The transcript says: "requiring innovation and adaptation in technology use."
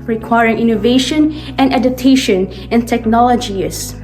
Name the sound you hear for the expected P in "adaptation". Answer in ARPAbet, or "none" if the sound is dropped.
none